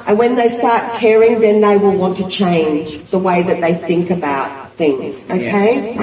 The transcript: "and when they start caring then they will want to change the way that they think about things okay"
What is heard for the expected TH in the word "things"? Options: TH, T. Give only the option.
TH